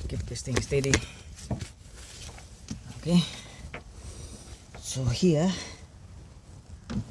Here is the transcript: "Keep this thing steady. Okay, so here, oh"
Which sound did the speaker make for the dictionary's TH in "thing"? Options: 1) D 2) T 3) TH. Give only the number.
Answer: 2